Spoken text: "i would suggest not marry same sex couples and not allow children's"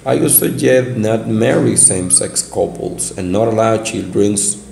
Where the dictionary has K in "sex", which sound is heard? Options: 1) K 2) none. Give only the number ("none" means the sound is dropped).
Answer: 1